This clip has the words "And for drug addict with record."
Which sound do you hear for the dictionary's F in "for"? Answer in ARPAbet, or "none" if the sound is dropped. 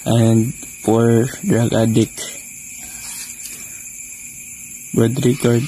P